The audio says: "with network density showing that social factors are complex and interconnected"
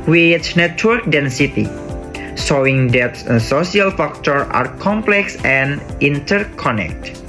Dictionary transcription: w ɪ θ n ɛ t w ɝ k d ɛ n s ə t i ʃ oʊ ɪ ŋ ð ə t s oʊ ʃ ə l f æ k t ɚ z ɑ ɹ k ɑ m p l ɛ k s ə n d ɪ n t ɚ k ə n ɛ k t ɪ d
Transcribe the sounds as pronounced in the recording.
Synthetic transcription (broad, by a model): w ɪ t n ɛ t w ɝ k d ɛ n s ə t i s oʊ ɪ ŋ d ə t s oʊ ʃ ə l f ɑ k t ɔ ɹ ɑ ɹ k ɑ m p l ɛ k s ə n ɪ n t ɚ k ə n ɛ k t